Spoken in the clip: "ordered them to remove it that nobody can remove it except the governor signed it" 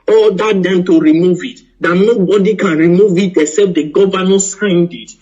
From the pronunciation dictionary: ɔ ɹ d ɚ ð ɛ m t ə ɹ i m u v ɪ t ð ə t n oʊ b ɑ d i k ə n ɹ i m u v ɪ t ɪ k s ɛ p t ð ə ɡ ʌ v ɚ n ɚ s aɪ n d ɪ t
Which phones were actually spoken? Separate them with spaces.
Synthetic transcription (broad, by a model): ɔ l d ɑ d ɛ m t ə ɹ i m u v ɪ t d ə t n oʊ b ɑ d i k ə n ɹ i m u v ɪ t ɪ s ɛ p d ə ɡ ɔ v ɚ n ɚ s aɪ n d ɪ t